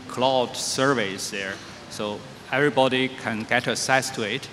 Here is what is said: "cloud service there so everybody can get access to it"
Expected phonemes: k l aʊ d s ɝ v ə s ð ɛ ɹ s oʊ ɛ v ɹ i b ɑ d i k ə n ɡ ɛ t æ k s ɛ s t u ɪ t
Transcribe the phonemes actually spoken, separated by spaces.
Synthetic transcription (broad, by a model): k l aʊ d s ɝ v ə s ð ɛ ɹ s oʊ ɛ v ɹ i b ɑ d i k ə n ɡ ɛ t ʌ s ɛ s t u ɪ t